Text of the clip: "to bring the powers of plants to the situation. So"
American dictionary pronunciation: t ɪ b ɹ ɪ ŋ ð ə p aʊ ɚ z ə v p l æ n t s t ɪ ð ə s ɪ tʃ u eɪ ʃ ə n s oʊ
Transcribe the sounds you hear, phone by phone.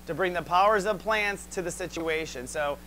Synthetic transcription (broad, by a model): t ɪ b ɹ ɪ ŋ ð ə p aʊ ɚ z ə v p l æ n t s t ɪ ð ə s ɪ tʃ u eɪ ʃ ə n s oʊ